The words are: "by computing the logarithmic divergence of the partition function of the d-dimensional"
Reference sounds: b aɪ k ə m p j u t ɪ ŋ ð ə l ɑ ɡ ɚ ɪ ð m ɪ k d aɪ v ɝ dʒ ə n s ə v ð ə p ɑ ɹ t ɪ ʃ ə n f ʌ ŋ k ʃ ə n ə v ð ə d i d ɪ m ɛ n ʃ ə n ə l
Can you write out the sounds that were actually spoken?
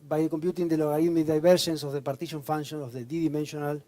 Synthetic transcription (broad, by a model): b aɪ k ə m p j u t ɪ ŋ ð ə l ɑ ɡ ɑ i m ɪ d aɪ b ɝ ʃ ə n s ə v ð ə p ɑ ɹ t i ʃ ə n f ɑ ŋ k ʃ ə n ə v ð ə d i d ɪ m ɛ n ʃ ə n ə l